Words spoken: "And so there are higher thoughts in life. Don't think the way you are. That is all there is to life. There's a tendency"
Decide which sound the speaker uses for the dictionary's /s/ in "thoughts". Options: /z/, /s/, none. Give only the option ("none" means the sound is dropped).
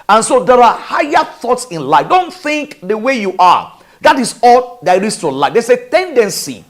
/s/